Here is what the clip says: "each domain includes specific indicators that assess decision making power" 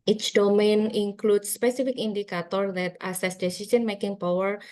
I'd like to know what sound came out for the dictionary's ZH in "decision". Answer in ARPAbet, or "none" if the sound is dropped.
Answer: S